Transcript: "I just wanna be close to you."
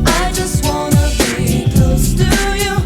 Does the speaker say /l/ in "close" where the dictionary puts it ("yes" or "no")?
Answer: no